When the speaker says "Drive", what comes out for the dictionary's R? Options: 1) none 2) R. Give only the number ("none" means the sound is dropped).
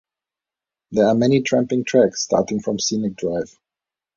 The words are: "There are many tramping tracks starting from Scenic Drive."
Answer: 2